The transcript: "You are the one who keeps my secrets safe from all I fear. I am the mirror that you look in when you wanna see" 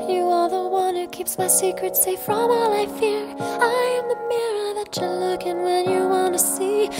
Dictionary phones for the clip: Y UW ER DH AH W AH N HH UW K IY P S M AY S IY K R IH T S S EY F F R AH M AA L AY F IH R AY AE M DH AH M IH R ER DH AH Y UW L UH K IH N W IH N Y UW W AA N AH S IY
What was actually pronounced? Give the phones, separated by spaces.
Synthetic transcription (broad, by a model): Y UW ER DH AH W AH N HH UW K IY P S M AY S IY K R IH T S S EY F F R AH M AA L AY F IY R AY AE M DH AH M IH R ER DH AH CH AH L UH K IH N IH N Y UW W AA N AH S IY